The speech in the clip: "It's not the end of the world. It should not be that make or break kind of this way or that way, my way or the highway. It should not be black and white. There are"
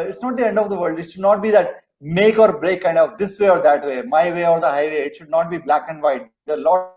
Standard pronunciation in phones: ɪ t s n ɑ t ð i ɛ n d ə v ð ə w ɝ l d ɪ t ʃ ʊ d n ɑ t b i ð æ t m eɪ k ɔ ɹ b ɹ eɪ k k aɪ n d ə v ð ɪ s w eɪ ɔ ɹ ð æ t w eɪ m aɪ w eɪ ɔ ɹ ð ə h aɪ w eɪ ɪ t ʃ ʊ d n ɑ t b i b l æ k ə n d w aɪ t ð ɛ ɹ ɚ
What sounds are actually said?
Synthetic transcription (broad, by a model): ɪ t s n ɑ t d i ɛ n d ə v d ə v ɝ l d ɪ t ʃ ʊ d n ɑ t b i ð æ t m eɪ k ɔ ɹ b ɹ eɪ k k aɪ n d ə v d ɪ s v eɪ ɔ ɹ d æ t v eɪ m aɪ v eɪ ɔ ɹ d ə h aɪ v eɪ ɪ t ʃ ʊ d n ɑ t b i b l æ k ə n d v aɪ t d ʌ l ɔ